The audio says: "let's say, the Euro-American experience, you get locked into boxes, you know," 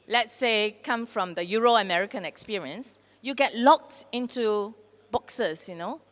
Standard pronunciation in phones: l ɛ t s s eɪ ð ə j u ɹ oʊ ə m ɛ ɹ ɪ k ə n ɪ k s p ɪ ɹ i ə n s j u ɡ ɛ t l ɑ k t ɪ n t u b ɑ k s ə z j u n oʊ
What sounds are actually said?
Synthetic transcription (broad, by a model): l ɛ t s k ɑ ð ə j u ɹ oʊ ə m ɛ ɹ ɪ k ə n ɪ k s p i ɹ i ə n s j u ɡ ɛ t l ɑ k t ɪ n t u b ɑ k s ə s j u n oʊ